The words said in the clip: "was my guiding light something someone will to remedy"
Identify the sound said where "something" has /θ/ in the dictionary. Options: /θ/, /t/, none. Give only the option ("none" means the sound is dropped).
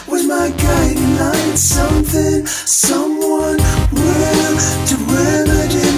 /θ/